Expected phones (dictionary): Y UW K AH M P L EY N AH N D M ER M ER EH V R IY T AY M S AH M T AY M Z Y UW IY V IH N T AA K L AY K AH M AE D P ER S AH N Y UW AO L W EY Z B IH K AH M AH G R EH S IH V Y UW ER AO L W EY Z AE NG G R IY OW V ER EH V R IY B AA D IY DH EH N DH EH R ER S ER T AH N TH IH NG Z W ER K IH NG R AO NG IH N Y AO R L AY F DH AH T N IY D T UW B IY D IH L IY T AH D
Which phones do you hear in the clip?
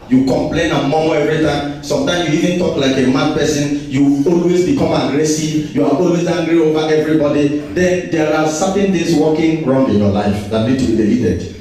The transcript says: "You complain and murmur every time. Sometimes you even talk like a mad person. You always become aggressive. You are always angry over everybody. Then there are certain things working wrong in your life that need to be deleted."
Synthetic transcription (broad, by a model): Y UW K AH M P L EY N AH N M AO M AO EH V R IY T AY M S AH M T AY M S Y UW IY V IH N T AA K L AY K AH M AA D P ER S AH N Y UW AO L W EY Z B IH K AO M AH G R EH S IH V Y UW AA AO L W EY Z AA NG G R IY OW V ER EH V R IY B AA D IY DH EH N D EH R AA S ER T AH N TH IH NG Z W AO K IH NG R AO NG IH N Y AO L AY F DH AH T N IY D T UW B IY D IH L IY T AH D